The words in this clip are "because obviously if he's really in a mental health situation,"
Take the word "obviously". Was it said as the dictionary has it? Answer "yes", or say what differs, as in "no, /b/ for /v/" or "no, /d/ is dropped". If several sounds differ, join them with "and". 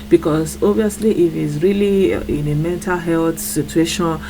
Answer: no, /b/ is dropped